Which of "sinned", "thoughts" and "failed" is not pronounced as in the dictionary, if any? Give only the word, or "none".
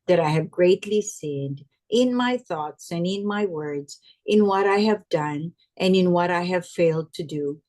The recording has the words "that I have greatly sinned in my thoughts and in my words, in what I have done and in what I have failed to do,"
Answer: none